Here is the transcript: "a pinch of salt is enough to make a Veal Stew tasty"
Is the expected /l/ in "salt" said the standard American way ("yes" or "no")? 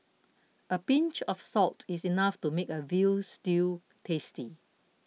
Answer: yes